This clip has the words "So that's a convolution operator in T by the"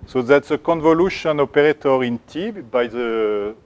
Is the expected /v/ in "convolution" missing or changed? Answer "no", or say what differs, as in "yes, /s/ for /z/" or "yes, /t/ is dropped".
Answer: no